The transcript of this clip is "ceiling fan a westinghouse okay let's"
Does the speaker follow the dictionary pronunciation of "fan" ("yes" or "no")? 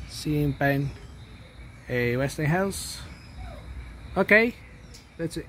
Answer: no